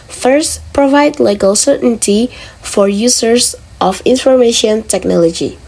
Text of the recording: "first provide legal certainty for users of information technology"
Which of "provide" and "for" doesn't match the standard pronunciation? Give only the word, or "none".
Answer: none